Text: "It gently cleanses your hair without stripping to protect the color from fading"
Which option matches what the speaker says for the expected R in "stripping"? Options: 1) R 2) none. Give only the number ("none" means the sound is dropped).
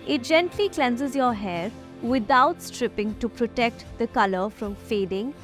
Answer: 1